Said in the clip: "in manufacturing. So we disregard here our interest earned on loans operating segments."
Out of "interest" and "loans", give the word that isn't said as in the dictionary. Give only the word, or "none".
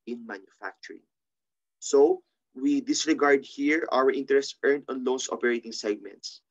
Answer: loans